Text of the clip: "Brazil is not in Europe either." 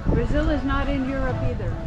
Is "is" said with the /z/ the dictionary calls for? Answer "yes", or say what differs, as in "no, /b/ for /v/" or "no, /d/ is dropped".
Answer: yes